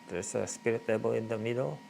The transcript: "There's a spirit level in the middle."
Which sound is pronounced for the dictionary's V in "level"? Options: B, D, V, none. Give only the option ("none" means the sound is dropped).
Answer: B